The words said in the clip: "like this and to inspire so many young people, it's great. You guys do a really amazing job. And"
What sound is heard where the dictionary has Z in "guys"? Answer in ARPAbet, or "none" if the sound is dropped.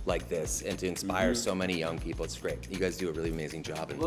Z